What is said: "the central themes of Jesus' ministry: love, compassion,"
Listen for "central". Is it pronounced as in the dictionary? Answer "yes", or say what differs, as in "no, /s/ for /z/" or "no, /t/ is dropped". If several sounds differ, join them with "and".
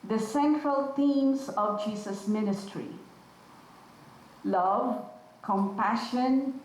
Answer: yes